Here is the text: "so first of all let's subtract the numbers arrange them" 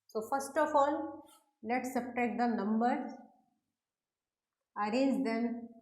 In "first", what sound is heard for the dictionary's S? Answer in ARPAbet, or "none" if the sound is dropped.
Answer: S